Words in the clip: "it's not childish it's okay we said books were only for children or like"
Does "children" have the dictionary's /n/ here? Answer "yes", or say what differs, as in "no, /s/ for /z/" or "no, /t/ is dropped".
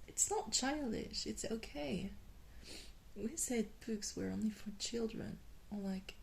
yes